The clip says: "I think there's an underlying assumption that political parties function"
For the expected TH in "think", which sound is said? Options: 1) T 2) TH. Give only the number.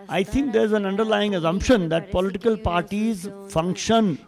1